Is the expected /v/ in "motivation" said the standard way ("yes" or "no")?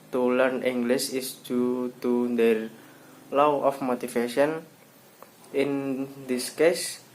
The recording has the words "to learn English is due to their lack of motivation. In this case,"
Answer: no